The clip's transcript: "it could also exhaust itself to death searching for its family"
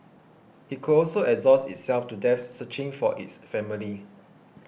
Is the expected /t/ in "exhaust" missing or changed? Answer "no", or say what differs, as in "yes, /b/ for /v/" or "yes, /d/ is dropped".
yes, /t/ is dropped